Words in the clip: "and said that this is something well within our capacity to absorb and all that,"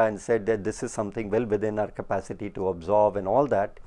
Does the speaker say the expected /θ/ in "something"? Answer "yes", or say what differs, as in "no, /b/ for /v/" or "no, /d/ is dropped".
no, /t/ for /θ/